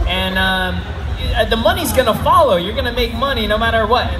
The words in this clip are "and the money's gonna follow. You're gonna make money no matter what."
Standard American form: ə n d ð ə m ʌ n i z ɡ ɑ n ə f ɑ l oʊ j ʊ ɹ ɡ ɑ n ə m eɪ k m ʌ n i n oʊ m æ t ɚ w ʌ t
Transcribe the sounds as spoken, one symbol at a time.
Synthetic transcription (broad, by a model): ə n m ð ə m ʌ n i z ɡ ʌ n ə f ɑ l oʊ j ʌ ɹ ɡ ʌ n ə m eɪ k m ʌ n i n oʊ m æ t ɚ w ʌ t